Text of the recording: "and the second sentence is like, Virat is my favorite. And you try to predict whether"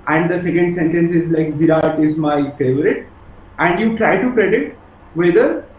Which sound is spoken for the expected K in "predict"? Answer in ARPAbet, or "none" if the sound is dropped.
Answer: none